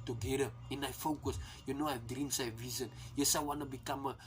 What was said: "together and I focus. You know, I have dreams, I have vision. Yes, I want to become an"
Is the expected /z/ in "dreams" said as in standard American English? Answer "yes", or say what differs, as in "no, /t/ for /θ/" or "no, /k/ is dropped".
no, /s/ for /z/